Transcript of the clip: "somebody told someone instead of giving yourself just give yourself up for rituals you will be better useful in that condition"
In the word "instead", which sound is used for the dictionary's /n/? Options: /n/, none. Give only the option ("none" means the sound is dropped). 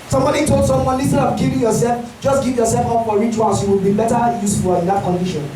none